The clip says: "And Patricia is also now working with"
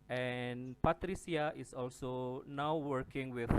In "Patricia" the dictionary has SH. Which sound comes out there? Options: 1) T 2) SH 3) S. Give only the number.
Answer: 3